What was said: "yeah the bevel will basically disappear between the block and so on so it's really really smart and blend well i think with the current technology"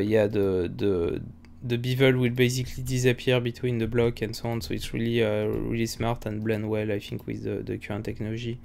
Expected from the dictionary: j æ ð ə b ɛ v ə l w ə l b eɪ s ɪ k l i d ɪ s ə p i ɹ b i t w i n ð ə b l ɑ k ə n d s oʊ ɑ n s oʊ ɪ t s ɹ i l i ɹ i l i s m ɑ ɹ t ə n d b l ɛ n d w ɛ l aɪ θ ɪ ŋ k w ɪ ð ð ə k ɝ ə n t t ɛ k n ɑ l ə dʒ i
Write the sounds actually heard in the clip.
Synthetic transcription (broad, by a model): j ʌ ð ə b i v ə l w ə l b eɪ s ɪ k l i d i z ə p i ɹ b i t w i n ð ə b l ɑ k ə n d s oʊ ɑ n s oʊ ɪ t s ɹ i l i ɹ i l i s m ɑ ɹ t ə n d b l ɛ n d w ɛ l aɪ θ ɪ ŋ k w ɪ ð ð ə k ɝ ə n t t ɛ k n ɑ l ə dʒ i